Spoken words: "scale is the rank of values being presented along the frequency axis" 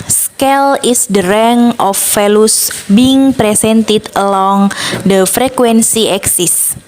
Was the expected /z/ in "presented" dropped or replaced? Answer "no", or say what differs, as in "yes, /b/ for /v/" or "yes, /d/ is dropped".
yes, /s/ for /z/